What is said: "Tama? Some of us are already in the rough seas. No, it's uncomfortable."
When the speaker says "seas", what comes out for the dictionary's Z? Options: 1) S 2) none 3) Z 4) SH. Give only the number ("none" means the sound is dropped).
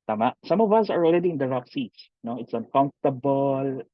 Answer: 1